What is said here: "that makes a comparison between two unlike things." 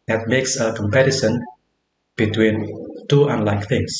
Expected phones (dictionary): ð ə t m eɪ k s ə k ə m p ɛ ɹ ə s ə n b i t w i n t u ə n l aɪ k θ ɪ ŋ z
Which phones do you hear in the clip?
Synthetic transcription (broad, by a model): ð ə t m eɪ k s ə k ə m p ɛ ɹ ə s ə n b i t w i n t u ə n l aɪ k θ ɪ ŋ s